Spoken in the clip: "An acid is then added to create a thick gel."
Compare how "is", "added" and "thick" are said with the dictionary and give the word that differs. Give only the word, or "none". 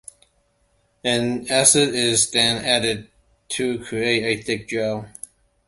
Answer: none